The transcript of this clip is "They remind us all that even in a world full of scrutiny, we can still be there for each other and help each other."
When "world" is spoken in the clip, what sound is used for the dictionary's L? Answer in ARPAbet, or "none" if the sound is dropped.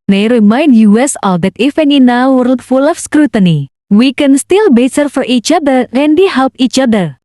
none